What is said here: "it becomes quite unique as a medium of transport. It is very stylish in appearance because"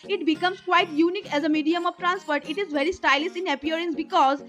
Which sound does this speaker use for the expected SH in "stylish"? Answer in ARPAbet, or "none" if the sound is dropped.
S